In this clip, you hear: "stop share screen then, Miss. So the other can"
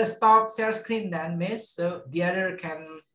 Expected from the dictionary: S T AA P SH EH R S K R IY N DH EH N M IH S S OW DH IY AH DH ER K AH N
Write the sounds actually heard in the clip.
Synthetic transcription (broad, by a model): S T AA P S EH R S K R IY N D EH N M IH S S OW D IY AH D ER K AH N